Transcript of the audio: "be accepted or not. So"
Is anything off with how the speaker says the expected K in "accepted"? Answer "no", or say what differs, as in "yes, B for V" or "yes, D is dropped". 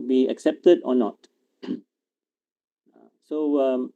no